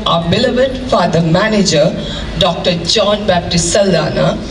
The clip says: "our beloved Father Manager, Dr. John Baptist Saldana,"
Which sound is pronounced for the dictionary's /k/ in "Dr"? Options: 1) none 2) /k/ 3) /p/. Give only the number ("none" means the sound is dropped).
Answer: 2